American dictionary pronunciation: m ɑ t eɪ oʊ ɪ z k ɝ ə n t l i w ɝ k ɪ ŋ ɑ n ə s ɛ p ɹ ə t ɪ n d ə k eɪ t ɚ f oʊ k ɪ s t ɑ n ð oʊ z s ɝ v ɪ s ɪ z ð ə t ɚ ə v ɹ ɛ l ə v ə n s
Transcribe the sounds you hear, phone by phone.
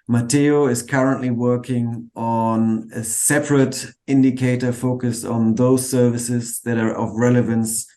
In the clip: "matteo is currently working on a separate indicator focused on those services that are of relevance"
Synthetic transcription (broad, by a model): m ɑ t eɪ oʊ ɪ z k ɝ ə n t l i w ɝ k ɪ ŋ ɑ n ə s ɛ p ɹ ə t ɪ n d ə k eɪ t ɚ f oʊ k ɪ s t n ð oʊ z s ɝ v ɪ s ɪ z ð ə t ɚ ə v ɹ ɛ l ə v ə n s